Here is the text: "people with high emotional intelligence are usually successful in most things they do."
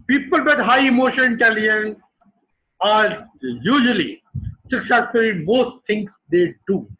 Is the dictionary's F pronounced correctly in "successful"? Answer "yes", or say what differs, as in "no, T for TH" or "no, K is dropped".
no, F is dropped